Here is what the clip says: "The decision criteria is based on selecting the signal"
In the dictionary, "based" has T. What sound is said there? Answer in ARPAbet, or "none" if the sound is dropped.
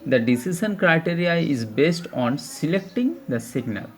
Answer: T